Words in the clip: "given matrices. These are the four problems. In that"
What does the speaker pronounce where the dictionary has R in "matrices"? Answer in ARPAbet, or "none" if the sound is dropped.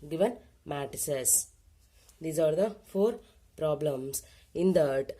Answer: none